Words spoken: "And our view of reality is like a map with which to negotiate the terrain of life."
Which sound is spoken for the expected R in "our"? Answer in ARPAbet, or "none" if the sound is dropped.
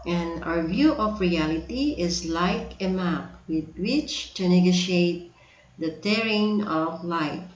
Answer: R